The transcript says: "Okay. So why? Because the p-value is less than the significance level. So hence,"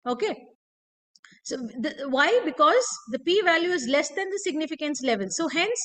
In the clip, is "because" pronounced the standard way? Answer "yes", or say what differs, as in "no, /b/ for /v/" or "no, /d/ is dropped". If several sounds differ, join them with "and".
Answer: yes